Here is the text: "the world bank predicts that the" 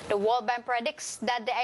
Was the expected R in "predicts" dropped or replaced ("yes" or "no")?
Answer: no